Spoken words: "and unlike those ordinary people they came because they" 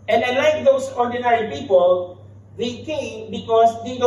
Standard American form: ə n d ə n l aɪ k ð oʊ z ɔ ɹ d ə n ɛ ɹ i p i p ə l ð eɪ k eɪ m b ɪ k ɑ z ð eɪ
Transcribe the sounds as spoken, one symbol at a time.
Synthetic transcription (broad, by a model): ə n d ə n l aɪ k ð oʊ s ɔ ɹ d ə n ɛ ɹ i p i p ə l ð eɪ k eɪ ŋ b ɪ k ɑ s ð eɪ